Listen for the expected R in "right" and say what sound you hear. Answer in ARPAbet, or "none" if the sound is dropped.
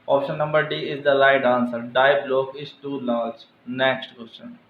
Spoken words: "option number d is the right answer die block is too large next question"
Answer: L